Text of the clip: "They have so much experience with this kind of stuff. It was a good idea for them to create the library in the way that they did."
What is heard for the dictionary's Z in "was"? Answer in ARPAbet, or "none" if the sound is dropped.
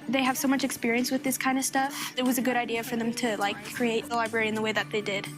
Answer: Z